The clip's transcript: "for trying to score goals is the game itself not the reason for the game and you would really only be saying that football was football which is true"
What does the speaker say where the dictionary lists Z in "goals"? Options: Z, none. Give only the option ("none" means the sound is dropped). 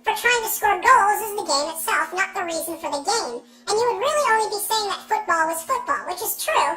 Z